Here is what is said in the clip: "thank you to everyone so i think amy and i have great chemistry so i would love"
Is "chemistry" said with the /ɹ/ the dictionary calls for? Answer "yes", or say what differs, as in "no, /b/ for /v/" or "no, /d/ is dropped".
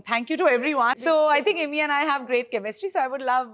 no, /ɹ/ is dropped